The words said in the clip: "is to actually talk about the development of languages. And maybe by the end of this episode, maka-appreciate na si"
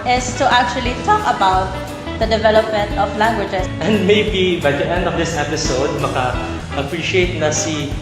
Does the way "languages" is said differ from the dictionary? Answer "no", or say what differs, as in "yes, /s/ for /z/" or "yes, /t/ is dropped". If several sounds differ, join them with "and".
yes, /s/ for /z/